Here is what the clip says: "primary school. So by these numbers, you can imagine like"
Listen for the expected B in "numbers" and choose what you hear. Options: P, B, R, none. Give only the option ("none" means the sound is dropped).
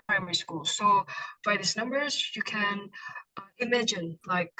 B